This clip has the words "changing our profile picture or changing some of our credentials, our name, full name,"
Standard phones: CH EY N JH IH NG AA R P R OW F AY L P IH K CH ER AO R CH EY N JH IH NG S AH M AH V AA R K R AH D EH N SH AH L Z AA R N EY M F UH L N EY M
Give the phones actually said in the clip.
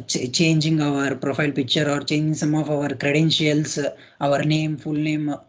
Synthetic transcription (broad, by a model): CH EY N JH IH NG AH R P R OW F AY L P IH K CH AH AO R CH EY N JH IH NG S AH M AH V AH R K R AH D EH N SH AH L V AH R N EY M F UH L N EY M